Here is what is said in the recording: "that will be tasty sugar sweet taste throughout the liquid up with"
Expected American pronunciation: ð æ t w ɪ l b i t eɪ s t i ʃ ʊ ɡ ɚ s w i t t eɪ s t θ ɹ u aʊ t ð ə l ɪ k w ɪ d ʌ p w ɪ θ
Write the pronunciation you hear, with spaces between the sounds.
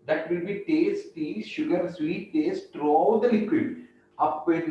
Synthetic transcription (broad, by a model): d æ t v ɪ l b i t eɪ s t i ʃ ʊ ɡ ɚ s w i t t eɪ s t t ɹ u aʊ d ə l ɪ k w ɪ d ʌ p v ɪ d